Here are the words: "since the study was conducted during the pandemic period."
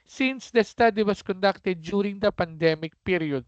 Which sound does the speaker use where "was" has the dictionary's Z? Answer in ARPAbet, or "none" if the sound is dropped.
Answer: S